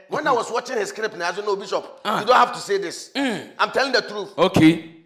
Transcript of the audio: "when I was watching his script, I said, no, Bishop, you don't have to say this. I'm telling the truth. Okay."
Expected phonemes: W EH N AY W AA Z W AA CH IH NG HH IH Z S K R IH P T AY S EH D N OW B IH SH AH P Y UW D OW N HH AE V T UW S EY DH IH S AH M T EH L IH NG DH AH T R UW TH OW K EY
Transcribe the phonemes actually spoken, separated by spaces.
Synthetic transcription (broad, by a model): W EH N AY W AA S W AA CH IH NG HH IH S K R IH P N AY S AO N OW B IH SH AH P Y UW D OW N HH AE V T UW S EY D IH S AH M T EH L IH NG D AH T R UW OW K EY